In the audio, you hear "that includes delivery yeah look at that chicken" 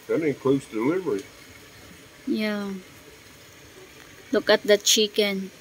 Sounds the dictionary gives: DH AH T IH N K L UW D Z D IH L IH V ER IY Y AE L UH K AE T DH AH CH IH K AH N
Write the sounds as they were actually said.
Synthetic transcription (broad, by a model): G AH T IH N K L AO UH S D IH L IH V ER IY Y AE L UH K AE T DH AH CH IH K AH N